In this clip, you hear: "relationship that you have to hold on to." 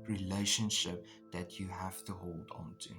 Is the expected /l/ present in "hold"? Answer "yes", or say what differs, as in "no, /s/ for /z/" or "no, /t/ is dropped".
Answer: yes